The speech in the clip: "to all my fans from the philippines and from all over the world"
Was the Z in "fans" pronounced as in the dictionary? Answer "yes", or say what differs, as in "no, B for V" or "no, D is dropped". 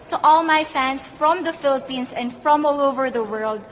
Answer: no, S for Z